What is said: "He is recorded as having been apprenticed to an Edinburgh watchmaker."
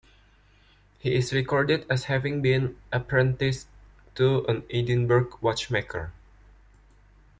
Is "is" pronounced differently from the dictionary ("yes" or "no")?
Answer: yes